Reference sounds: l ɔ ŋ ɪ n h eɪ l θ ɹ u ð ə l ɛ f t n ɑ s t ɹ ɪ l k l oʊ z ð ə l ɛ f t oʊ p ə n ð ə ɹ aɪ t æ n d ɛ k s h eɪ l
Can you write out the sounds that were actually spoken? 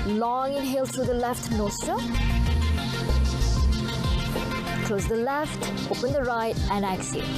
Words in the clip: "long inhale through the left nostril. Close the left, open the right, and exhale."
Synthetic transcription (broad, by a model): l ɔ ŋ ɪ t h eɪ l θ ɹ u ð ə l ɛ f t n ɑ s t ɪ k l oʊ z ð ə l ɛ f t oʊ p ə n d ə ɹ aɪ t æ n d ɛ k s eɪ